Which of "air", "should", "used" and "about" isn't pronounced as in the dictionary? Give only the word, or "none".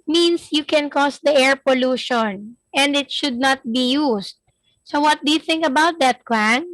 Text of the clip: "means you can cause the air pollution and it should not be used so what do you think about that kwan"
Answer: used